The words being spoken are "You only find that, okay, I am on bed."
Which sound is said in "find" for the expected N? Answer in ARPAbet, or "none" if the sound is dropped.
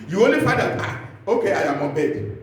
none